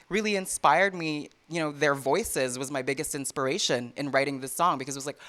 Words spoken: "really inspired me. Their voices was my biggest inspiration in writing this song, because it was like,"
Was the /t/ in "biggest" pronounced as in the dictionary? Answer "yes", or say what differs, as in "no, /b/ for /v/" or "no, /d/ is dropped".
yes